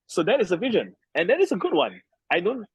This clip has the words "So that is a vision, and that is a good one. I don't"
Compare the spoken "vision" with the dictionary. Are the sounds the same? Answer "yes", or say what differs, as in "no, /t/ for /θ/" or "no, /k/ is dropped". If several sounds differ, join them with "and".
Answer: yes